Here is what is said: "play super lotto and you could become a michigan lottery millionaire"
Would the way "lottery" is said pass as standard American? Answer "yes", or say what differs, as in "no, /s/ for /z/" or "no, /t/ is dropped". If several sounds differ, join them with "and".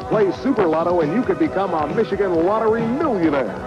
no, /w/ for /l/